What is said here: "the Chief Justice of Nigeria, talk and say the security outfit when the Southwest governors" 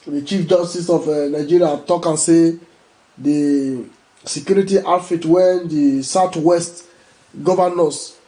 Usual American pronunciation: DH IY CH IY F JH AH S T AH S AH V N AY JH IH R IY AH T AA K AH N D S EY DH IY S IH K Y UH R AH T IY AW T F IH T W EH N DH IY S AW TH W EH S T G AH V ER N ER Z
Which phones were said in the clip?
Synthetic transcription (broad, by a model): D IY CH IY F JH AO S T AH S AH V N AY JH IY R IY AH T AA K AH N S EY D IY S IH K Y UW R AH T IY T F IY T W EH N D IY S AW T W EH S T G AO V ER N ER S